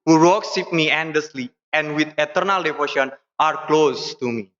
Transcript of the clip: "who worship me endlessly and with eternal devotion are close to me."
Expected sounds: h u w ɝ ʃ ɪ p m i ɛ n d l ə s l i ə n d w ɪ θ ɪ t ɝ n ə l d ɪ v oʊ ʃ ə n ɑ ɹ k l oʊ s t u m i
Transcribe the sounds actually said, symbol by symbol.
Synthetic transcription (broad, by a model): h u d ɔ s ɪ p m i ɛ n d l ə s l i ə n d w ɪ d ɪ t ɝ n ə l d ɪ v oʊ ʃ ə n ɑ ɹ k l oʊ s t u m i